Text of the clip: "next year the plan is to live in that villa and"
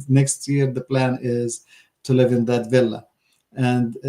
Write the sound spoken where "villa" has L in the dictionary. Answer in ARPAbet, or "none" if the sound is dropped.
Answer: L